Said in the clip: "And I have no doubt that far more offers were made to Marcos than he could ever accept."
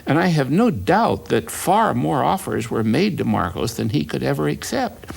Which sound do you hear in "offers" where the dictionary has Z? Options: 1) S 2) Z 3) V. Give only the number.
2